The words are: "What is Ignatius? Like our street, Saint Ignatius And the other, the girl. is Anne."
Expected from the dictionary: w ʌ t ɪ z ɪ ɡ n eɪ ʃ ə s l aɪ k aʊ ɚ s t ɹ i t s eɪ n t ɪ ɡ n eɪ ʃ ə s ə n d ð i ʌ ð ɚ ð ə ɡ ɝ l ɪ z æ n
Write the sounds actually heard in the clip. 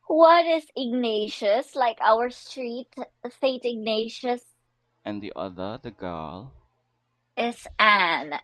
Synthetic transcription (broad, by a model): w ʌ t ɪ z ɪ ɡ n eɪ ʃ ə s l aɪ k aʊ ɚ s t ɹ i t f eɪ t ɪ ɡ n eɪ ʃ ə s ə n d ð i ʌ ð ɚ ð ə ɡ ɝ l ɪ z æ n